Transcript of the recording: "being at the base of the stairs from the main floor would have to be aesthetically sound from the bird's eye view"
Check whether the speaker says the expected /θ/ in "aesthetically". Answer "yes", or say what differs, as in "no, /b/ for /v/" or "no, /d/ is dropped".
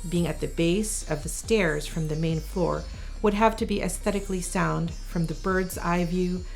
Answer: yes